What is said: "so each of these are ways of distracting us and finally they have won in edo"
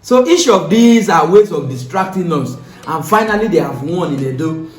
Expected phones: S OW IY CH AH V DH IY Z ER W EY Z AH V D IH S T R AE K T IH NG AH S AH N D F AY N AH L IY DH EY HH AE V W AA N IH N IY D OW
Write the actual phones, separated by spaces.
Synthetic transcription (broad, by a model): S OW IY SH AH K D IY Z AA W EY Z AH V D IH S T R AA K T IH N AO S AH N F AY N AH L IY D EY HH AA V W AA N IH L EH D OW